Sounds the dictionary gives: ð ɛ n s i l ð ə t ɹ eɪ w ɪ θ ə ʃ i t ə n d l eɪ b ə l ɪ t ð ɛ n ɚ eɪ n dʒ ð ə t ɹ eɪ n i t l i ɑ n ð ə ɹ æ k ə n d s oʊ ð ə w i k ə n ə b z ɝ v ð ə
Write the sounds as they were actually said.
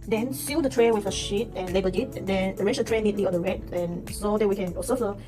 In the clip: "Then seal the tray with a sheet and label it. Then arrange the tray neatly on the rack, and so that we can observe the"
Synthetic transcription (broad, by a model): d ɛ n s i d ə t ɹ eɪ w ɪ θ ə ʃ i t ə n l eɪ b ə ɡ ɪ t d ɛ n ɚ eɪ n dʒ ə t ɹ eɪ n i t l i ɑ n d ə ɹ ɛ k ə n s oʊ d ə w i k ə n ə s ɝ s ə